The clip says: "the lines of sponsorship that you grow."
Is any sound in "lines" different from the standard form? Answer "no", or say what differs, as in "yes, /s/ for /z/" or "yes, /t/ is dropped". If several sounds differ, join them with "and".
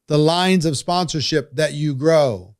no